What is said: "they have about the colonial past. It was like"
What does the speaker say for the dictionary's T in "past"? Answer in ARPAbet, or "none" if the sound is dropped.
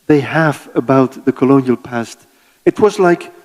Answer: T